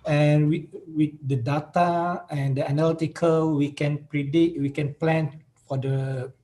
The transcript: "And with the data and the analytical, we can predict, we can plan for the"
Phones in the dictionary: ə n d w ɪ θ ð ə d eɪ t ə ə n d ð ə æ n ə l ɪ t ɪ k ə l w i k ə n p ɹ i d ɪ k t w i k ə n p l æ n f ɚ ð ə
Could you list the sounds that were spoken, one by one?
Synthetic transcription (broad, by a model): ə n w w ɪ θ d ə d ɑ t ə ə n d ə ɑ n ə l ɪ t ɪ k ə l w i k ə n p ɹ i d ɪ t w i k ə n p l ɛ n f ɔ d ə